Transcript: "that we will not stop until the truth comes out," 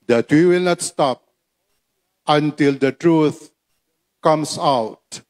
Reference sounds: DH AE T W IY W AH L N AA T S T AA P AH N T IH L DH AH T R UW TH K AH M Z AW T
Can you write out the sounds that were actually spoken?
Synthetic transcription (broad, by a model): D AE T W IY W AH L N AA T S T AA P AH N T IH L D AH T R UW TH K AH M S AW T